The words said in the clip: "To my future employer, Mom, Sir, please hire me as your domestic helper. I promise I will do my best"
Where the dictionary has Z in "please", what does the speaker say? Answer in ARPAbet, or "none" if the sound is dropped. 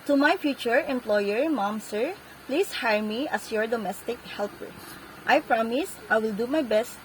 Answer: S